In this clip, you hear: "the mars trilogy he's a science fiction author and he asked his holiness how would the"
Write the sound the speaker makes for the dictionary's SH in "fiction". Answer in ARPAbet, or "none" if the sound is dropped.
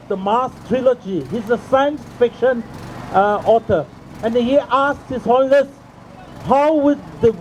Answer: SH